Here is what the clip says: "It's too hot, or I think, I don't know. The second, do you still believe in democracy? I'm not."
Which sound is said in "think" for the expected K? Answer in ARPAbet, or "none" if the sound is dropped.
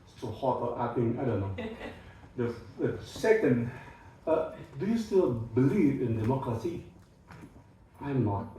none